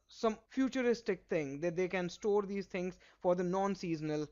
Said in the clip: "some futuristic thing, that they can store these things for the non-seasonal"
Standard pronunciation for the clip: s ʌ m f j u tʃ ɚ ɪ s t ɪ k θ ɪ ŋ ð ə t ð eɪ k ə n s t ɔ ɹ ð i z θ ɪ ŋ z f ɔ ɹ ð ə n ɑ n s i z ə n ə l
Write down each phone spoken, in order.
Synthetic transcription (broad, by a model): s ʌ m f j u tʃ ɚ ɪ s t ɪ k t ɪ ŋ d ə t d eɪ k ə n s t ɔ ɹ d i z t ɪ ŋ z f ɔ ɹ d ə n ɑ n s i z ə n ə l